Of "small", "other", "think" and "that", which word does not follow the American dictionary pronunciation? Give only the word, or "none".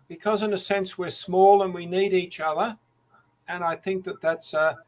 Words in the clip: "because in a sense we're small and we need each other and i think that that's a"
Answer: none